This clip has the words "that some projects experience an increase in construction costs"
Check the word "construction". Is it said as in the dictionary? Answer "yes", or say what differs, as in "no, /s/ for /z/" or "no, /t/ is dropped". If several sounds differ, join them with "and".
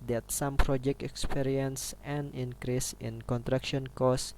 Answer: no, /s/ is dropped